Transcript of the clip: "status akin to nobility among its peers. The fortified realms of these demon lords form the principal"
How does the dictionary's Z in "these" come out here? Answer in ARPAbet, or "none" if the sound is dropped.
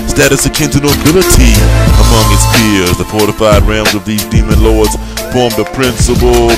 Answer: Z